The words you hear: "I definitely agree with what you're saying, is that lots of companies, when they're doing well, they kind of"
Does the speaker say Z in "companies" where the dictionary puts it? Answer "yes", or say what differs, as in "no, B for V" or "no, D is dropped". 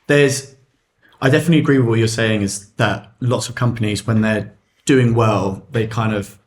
yes